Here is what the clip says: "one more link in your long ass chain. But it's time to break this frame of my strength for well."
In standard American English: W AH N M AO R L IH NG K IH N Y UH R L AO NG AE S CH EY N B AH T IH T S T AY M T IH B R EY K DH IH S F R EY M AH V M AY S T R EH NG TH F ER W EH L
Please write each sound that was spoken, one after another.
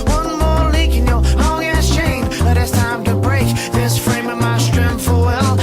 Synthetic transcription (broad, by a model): W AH N M AO R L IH K IH N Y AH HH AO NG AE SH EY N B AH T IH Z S T AY M T IH B R EY K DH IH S F R EY M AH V M AY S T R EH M F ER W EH L